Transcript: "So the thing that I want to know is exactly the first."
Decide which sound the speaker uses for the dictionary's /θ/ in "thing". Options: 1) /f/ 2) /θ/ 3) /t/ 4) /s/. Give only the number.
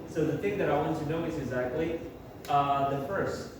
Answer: 2